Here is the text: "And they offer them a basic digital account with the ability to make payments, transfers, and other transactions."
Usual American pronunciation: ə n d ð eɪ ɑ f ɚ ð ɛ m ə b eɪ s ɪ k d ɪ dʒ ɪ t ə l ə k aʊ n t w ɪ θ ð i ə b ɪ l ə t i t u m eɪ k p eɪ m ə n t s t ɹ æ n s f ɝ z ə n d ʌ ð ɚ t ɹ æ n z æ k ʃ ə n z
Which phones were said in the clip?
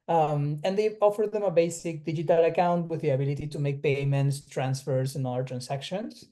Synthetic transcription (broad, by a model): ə n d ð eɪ ɑ f ɚ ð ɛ m ə b eɪ s ɪ k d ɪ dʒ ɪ t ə l ə k aʊ n t w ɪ ð i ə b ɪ l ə t i t u m eɪ k p eɪ m ə n t s t ɹ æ n s f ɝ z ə n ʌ ɚ t ɹ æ n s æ k ʃ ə n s